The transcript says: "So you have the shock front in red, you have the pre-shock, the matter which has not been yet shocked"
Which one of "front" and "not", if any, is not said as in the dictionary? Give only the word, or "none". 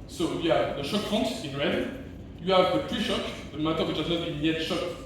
front